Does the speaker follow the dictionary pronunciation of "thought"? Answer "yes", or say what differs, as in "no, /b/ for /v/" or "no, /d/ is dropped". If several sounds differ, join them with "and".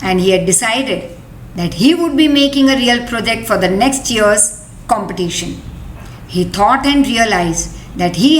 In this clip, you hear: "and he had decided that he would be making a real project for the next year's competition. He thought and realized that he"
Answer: no, /t/ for /θ/